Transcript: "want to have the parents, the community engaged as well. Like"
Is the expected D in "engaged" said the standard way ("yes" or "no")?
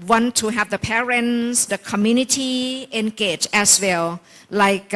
no